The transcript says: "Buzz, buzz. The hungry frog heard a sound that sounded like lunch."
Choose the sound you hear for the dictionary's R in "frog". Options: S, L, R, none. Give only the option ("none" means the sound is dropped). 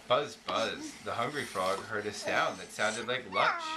R